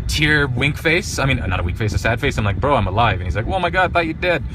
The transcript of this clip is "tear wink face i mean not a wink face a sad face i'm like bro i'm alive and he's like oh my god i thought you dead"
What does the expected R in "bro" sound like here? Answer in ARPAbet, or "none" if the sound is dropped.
R